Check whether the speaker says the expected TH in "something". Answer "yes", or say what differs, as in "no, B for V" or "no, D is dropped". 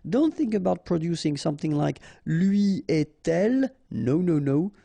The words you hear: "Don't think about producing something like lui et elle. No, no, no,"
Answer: yes